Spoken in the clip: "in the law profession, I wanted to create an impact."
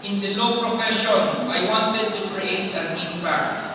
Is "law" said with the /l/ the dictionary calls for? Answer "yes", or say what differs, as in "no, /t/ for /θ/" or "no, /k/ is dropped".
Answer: yes